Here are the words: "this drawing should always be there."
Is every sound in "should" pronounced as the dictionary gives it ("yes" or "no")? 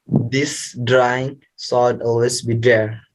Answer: no